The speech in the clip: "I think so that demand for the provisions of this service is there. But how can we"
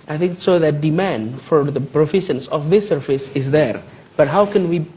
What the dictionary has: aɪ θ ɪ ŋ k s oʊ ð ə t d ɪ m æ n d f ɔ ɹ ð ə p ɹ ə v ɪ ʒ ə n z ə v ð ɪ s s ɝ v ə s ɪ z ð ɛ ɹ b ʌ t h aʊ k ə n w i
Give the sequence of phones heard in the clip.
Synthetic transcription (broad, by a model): aɪ θ ɪ ŋ k s oʊ ð ə t d ɪ m æ n d f ɔ ɹ ð ə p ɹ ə f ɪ ʃ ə n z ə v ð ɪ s s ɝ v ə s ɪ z ð ɛ ɹ b ʌ t h aʊ k ə n w i